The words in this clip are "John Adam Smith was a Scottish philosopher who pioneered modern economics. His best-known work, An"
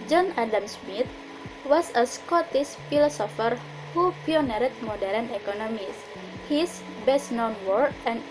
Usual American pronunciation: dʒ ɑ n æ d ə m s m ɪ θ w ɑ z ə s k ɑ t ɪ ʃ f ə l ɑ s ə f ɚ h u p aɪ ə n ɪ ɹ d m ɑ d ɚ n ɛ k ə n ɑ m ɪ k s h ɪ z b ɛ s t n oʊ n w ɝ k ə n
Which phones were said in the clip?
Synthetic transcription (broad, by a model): dʒ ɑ n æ d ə m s m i t w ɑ s ə s k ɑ t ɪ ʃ f ə l ɑ s ə f ɚ h u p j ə n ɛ ɹ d m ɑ d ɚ n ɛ k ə n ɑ m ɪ s h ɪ s b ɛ s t n oʊ n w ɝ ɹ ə n